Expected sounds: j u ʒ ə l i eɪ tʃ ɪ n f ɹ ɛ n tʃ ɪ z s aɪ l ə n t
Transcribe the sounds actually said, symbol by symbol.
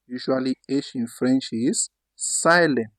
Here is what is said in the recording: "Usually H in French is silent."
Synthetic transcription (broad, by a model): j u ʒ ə l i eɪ ʃ ɪ n f ɹ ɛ n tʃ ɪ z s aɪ l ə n